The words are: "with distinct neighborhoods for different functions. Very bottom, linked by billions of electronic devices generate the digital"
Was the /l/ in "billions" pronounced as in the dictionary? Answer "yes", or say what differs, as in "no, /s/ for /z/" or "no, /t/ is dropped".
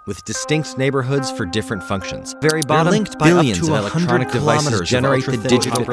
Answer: no, /l/ is dropped